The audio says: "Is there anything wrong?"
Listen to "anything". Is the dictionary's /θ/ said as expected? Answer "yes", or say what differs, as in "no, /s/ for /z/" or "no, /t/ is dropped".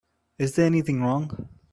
yes